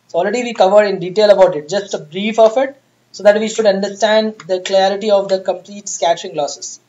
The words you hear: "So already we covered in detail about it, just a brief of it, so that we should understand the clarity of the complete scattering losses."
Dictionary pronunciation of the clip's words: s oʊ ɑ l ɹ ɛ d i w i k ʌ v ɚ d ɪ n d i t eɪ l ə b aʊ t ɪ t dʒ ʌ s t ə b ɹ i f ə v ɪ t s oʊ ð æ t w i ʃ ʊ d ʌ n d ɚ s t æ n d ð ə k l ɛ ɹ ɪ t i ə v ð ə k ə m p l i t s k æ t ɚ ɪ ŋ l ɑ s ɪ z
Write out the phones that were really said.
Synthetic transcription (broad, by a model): s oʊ ɑ l ɹ ɛ d i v i k ʌ v ɚ d ɪ n d i t eɪ l ə b aʊ t ɪ t dʒ ʌ s t ə b ɹ i f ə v ɪ t s oʊ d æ t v i ʃ ʊ d ʌ n d ɚ s t æ n d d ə k l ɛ ɹ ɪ t i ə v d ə k ə m p l i t s k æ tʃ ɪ ŋ l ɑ s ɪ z